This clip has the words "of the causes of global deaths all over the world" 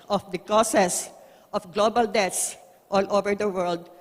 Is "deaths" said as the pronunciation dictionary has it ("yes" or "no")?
no